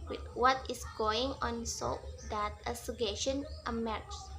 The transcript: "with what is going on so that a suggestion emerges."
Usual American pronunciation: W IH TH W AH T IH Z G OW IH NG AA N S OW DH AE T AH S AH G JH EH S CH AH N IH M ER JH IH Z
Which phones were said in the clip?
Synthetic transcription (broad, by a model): W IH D W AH T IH S G OW IH NG AA N S OW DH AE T AH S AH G EH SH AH N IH M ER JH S